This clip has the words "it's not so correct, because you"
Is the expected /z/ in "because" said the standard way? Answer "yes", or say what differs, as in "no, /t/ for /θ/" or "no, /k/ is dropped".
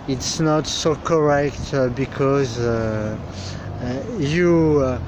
yes